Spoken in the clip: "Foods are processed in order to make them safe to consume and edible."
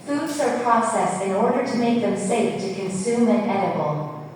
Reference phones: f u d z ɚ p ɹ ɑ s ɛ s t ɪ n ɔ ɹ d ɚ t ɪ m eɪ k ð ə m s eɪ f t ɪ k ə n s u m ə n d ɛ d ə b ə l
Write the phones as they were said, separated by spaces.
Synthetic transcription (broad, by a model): f u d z ɚ p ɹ ɑ s ɛ s ɪ n ɔ ɹ d ɚ t ɪ m eɪ k ð ə m s eɪ f t ɪ k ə n s u m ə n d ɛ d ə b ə l